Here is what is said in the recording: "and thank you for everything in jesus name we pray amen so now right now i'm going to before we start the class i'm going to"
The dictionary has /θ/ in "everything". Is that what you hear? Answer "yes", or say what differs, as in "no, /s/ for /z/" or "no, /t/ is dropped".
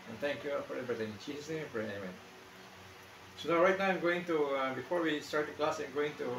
no, /t/ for /θ/